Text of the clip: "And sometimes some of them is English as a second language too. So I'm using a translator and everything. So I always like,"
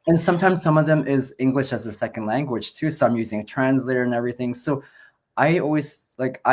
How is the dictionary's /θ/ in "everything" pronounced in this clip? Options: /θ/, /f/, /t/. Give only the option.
/θ/